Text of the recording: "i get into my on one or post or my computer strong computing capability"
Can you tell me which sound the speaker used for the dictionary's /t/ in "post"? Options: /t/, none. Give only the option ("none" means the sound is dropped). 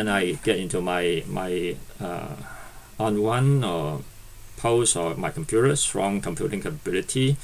none